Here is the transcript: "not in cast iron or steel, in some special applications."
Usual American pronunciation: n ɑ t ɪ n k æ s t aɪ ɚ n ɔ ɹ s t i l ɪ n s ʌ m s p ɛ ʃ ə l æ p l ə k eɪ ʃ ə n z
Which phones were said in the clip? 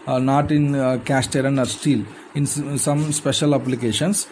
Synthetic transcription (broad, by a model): n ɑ t ɪ n k æ s t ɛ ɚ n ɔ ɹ s t i l ɪ n s ʌ m s p ɛ ʃ ə l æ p l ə k eɪ ʃ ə n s